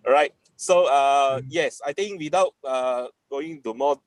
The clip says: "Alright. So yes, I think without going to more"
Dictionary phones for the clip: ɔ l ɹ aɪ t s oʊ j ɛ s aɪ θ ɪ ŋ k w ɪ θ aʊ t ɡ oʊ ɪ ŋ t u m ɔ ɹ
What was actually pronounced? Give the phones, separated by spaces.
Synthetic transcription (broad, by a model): ɹ aɪ t s oʊ j ɛ s aɪ t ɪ ŋ k w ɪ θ aʊ t ɡ oʊ ɪ ŋ t u m ɔ